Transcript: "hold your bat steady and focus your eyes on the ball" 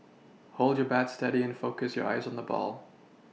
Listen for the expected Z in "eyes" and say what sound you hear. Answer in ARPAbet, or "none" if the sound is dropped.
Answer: Z